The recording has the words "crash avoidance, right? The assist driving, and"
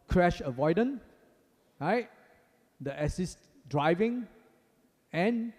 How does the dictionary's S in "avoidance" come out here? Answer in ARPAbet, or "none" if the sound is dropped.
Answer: none